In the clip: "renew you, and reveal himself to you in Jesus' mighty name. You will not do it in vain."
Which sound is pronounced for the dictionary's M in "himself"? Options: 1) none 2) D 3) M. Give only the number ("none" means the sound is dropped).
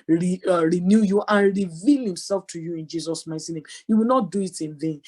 3